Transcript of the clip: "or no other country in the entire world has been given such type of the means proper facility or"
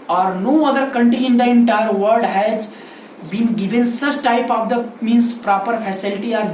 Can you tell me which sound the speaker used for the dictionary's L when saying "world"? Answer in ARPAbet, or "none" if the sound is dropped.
none